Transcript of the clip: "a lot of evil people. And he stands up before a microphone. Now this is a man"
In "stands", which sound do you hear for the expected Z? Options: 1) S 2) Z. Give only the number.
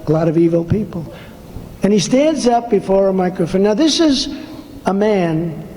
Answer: 2